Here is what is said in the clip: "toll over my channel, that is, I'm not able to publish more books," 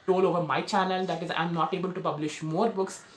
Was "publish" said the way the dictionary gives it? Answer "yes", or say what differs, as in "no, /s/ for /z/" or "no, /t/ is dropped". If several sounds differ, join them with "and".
yes